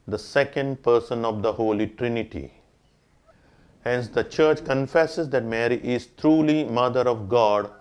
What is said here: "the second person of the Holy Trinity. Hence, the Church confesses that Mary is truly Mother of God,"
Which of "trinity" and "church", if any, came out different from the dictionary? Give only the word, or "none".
none